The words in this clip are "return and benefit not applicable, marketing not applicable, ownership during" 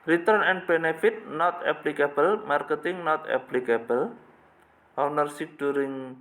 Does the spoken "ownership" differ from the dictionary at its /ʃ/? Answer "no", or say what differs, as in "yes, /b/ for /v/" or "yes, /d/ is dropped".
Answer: yes, /s/ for /ʃ/